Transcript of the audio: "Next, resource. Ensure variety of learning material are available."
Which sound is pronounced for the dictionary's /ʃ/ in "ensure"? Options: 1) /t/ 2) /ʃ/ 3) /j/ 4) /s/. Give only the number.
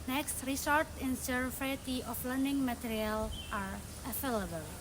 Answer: 4